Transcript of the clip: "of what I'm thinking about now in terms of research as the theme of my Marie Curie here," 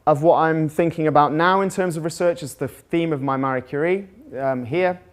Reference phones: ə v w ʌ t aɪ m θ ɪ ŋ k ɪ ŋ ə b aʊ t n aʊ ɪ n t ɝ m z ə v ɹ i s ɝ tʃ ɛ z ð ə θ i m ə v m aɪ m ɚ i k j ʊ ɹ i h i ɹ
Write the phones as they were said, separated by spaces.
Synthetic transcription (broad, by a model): ə v w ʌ t aɪ m θ ɪ ŋ k ɪ ŋ ə b aʊ t n aʊ ɪ n t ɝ m z ə v ɹ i s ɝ tʃ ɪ z ð ə θ i m ə v m aɪ m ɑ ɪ k j ʊ ɹ i h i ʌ